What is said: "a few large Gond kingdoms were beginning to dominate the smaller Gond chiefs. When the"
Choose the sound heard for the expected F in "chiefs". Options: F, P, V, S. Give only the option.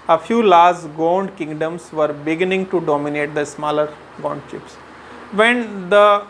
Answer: P